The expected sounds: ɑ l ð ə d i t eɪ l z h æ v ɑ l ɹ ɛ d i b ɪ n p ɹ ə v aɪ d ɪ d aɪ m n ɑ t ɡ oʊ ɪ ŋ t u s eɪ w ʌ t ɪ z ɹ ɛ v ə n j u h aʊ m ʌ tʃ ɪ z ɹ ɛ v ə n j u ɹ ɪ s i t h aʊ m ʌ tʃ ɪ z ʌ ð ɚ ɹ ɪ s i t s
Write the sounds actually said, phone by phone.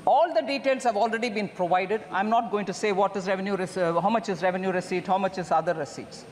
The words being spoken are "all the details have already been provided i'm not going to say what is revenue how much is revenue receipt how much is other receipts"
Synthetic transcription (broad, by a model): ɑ l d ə d i t eɪ l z h æ v ɑ l ɹ ɛ d i b ɪ n p ɹ ə v aɪ d ɪ d aɪ m n ɑ t ɡ oʊ ɪ ŋ t u s eɪ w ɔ t ɪ z ɹ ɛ v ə n j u h aʊ m ʌ tʃ ɪ z ɹ ɛ v ə n j u ɹ ɪ s i t h aʊ m ʌ tʃ ɪ z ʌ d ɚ ɹ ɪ s i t s